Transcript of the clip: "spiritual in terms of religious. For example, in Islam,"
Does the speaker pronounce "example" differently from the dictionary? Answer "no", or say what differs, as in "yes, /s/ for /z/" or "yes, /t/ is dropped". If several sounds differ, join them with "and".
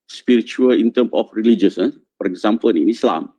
yes, /n/ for /l/